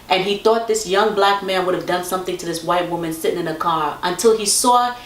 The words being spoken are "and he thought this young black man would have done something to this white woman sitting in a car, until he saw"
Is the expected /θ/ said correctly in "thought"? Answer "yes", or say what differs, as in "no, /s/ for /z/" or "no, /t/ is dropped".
yes